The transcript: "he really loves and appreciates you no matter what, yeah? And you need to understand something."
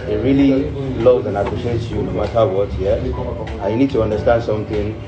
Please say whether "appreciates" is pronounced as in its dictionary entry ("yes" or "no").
no